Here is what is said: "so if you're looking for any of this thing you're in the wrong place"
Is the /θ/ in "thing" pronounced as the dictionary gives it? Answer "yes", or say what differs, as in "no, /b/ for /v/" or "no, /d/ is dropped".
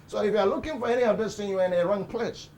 no, /t/ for /θ/